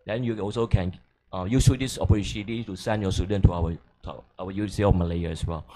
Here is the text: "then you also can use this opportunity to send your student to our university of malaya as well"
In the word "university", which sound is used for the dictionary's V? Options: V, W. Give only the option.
W